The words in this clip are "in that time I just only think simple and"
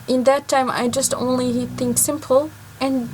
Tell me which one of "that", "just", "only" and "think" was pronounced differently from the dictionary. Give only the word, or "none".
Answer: none